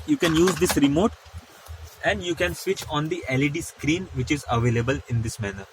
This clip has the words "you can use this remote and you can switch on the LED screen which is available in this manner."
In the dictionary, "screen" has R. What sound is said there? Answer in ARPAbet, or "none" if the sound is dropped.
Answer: R